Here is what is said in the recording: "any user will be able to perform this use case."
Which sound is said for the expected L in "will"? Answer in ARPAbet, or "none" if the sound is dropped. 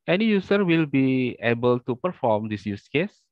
L